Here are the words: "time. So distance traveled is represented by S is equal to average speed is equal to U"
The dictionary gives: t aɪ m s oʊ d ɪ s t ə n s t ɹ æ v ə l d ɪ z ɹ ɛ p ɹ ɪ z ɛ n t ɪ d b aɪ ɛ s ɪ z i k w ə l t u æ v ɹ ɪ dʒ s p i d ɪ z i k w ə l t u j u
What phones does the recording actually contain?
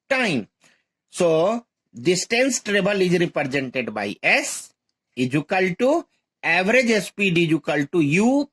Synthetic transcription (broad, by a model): t aɪ m s oʊ d ɪ s t ə n s t ɹ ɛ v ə l ɪ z ɹ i p ɹ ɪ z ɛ n t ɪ d b aɪ ɛ s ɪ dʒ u k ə l t u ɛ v ɹ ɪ dʒ s p i d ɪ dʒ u k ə l t u j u